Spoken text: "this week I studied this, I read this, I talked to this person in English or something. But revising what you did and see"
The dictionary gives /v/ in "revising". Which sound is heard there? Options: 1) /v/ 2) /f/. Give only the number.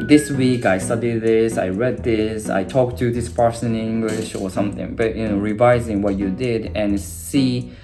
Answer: 1